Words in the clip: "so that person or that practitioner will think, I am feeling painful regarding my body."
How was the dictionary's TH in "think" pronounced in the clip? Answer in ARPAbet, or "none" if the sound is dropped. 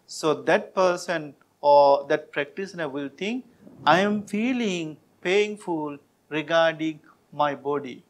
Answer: T